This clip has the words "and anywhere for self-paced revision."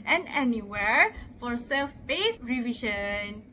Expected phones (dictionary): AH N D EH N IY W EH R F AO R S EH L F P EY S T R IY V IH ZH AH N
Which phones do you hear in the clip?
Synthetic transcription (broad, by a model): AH N EH N IY W EH R F AO R S EH L F B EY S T R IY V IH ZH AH N